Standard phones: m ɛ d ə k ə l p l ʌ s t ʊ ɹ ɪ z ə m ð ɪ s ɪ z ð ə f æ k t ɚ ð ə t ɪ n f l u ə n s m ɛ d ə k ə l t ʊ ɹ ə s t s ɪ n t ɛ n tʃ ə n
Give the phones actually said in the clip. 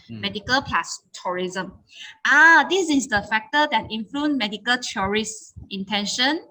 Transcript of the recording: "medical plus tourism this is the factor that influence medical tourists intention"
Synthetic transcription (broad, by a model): m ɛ d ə k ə l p l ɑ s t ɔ ɹ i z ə m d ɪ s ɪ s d ə f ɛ k t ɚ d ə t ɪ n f l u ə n m ɛ d ə k ə l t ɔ ɹ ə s s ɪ n t ɛ n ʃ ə n